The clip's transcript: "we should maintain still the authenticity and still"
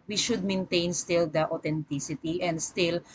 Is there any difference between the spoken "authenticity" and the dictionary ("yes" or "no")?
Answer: yes